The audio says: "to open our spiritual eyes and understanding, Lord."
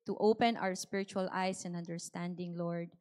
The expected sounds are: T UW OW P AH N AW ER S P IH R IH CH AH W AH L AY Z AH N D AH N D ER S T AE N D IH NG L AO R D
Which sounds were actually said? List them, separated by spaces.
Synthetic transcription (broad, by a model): T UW OW P AH N AW ER S P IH R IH CH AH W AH L AY S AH N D AH N D ER S T AE N D IH NG L AO R D